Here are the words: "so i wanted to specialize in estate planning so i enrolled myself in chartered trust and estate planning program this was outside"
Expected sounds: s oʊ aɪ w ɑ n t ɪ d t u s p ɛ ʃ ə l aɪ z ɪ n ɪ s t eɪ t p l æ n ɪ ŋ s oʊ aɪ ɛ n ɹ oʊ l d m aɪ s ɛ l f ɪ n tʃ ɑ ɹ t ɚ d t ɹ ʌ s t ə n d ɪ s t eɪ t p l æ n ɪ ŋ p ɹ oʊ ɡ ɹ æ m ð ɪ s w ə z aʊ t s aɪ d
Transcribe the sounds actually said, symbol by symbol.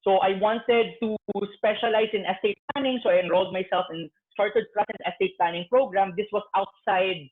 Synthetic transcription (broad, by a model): s oʊ aɪ w ɑ n t ɪ d t u s p ɛ ʃ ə l aɪ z ɪ n ɪ s t eɪ t p l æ n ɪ ŋ s oʊ aɪ ɛ n ɹ oʊ l d m aɪ s ɛ l f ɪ n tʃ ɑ ɹ t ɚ d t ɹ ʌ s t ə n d ɪ s t eɪ t p l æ n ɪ ŋ p ɹ oʊ ɡ ɹ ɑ m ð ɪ s w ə s aʊ t s aɪ d